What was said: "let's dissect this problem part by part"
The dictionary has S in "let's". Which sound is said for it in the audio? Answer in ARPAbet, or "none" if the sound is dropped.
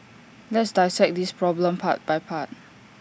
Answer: S